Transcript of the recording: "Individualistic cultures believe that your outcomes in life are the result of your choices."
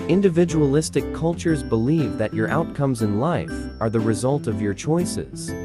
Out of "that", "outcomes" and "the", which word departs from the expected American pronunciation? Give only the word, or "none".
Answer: none